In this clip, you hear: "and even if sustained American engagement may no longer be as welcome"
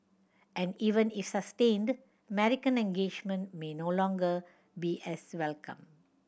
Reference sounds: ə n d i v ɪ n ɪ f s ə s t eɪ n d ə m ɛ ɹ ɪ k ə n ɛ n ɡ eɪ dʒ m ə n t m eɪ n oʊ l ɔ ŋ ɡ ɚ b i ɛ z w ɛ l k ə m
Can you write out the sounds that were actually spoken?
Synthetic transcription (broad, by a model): ə n d i v ɪ n ɪ f s ə s t eɪ n d ə m ɛ ɹ ɪ k ə n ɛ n ɡ eɪ dʒ m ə n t m eɪ n oʊ l ɔ ŋ ɡ ɚ b i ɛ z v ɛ l k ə m